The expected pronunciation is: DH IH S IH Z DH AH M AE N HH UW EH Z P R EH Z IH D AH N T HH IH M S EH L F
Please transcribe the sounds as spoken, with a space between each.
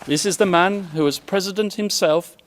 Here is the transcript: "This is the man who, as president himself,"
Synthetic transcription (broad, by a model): DH IH S IH Z DH AH M AE N HH UW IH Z P R EH Z IH D AH N T HH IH M S EH L F